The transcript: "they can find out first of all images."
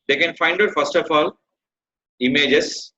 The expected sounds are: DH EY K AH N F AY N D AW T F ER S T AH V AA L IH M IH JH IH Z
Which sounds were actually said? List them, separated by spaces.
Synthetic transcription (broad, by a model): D EY K AH N F AY N D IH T F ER S T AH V AA L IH M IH JH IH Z